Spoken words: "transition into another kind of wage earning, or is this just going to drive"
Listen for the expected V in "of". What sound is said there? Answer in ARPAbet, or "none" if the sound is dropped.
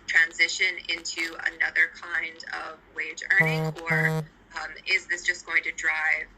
V